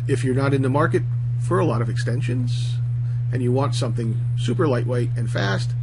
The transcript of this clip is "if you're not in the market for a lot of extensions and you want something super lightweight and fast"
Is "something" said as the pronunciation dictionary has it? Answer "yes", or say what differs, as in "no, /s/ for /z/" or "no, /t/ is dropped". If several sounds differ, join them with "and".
yes